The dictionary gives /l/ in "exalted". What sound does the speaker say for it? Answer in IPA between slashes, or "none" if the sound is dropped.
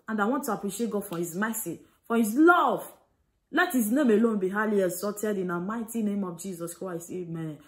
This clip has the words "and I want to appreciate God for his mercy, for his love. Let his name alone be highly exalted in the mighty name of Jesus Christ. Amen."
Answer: none